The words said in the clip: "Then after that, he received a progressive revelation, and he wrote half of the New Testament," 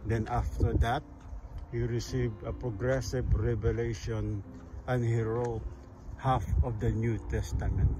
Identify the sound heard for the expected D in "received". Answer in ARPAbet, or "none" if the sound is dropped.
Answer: D